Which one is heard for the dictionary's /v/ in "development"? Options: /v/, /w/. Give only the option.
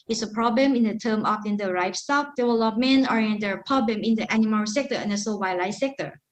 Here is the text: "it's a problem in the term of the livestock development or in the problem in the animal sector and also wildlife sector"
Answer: /w/